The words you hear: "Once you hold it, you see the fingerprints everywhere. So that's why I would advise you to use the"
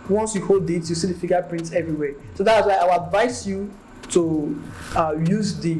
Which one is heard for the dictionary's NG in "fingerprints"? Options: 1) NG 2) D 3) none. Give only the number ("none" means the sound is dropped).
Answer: 3